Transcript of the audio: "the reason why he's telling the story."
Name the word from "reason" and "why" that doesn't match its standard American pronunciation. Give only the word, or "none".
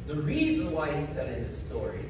none